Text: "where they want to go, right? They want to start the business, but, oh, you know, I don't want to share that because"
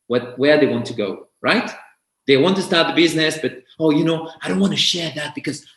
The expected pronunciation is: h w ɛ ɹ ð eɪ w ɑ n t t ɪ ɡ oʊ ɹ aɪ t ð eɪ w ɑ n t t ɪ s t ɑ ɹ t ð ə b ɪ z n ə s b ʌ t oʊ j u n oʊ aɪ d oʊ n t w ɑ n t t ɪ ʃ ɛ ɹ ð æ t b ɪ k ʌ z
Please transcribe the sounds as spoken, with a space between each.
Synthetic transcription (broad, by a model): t w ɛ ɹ ð eɪ w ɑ n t t ɪ ɡ oʊ ɹ aɪ t ð eɪ w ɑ n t t ɪ s t ɑ ɹ t ð ə b ɪ z n ə s b ʌ t oʊ j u n oʊ aɪ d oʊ n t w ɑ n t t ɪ ʃ ɛ ɹ ð æ t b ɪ k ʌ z